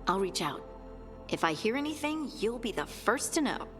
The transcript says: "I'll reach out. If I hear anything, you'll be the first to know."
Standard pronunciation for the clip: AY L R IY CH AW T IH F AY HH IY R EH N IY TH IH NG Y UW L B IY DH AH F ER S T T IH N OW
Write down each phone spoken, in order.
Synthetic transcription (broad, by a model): AY L R IY CH AW T IH F AY HH IY R EH N IY TH IH NG Y UW L B IY DH AH F ER S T T IH N OW